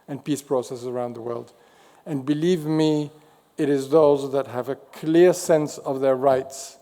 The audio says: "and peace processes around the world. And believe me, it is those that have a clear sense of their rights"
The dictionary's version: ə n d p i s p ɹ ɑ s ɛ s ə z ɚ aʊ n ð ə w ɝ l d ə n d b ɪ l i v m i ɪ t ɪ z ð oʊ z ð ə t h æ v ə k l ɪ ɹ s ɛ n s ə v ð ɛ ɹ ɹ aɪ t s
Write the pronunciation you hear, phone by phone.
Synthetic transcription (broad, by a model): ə n p i s p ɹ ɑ s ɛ s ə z ɚ aʊ n ð ə w ɝ l d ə n b ɪ l i v m i ɪ t ɪ z ð oʊ z ð ə t h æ v ə k l ɪ ɹ s ɛ n s ə v ð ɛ ɹ ɹ aɪ t s